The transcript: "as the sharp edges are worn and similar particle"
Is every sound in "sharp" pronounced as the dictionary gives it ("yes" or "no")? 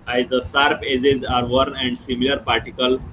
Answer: no